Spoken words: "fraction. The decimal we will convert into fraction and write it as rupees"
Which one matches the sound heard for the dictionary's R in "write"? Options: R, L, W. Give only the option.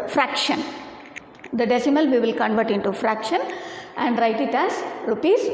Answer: R